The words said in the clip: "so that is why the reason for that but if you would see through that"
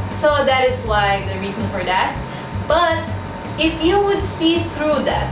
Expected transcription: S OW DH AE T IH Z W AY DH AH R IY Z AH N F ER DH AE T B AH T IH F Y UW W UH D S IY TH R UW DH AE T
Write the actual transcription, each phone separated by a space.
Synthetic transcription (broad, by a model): S OW DH AE T IH Z W AY DH AH R IY Z AH N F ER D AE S B AH T IH F Y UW W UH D S IY TH R UW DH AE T